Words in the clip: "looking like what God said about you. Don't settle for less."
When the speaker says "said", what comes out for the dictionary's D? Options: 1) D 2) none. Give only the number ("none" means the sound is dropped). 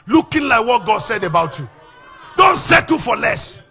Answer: 1